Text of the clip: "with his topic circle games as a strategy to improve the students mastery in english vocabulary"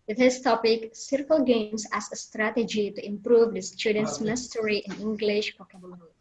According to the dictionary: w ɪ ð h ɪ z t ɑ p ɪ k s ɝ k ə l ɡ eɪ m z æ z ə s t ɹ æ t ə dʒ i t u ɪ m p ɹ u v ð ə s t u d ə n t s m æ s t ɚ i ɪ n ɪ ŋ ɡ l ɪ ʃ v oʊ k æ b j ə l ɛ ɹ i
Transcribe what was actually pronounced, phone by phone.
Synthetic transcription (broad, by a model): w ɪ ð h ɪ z t ɑ p ɪ k s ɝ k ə l ɡ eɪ m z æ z ə s t ɹ æ t ə dʒ i t u ɪ m p ɹ u v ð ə s t u d ə n t s m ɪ s t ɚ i ɪ n ɪ ŋ ɡ l ɪ ʃ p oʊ k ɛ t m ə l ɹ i